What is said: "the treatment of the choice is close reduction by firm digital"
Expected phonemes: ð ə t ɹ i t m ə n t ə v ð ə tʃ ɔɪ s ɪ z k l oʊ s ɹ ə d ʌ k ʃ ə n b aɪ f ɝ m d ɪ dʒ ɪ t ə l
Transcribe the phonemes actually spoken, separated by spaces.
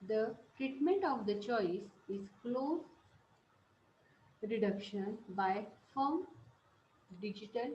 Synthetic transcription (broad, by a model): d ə t ɹ i t m ə n t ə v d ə tʃ ɔɪ s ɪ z k l oʊ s ɹ ə d ʌ k ʃ ə n b aɪ f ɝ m d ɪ dʒ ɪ t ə l